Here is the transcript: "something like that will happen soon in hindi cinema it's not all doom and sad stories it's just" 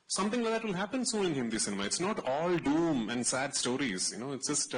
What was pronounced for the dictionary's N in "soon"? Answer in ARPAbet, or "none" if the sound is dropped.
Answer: none